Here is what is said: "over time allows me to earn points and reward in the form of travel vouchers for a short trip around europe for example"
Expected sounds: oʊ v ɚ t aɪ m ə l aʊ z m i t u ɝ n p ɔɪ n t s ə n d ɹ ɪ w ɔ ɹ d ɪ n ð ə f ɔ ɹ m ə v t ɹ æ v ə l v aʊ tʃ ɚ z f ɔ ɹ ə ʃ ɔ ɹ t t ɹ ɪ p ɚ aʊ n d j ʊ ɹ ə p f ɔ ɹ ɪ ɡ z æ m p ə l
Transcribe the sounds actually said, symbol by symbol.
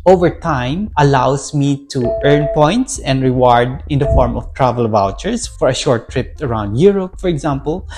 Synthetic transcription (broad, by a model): oʊ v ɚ t aɪ m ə l aʊ s m i t u ɝ n p ɔɪ n t s ə n d ɹ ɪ w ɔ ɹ d ɪ n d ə f ɔ ɹ m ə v t ɹ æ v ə l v aʊ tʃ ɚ s f ɔ ɹ ə ʃ ɔ ɹ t t ɹ ɪ p ɚ aʊ n d j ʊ ɹ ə p f ɔ ɹ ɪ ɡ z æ m p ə l